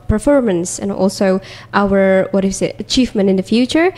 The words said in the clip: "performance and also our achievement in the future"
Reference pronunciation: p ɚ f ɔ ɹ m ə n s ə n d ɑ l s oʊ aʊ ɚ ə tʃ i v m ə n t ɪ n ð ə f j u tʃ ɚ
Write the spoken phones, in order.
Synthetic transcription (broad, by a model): p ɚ f ɔ ɹ m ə n s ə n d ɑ l s oʊ aʊ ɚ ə tʃ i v m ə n ɪ n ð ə f j u tʃ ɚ